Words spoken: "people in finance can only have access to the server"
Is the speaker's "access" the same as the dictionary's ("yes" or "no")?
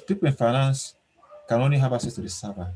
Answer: no